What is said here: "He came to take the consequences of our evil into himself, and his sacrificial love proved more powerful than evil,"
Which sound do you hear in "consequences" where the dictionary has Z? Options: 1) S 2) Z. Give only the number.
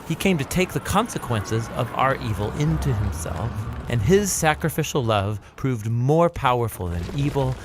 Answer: 2